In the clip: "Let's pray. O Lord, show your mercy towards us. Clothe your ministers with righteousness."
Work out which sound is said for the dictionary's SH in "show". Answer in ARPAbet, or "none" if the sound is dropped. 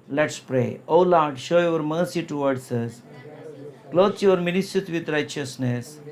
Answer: SH